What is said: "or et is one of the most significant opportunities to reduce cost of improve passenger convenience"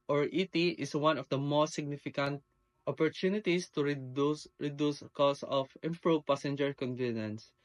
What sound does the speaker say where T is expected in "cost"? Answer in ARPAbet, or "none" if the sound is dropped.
none